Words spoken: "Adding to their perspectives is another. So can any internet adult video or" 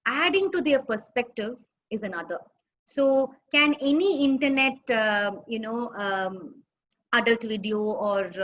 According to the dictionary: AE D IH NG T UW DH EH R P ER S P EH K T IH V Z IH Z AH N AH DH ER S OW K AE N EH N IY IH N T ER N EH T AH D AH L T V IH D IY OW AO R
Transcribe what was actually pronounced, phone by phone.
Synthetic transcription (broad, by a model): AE D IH NG T UW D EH R P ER S P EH K T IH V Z IH Z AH N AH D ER S OW K AE N EH N IY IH N T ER N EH T AH D AH L T V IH D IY OW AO R